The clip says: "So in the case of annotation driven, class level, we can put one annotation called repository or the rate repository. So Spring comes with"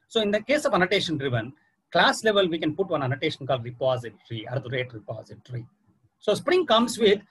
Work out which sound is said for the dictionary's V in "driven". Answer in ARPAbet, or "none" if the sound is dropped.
V